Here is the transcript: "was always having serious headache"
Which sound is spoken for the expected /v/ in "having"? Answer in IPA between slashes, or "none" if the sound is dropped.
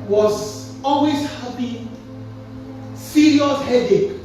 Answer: /p/